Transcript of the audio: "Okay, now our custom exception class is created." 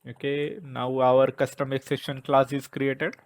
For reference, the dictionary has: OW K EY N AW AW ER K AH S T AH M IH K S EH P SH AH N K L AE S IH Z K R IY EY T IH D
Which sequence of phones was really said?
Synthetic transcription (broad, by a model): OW K EY N AW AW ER K AH S T AH M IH K S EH SH AH N K L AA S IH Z K R IY EY T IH D